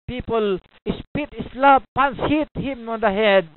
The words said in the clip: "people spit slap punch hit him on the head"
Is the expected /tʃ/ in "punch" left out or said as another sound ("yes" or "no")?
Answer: yes